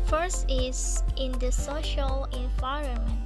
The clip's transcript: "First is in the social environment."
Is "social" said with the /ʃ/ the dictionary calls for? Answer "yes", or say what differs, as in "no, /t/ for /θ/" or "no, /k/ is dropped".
yes